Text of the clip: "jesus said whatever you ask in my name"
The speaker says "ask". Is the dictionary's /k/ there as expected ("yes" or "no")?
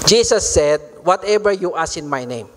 no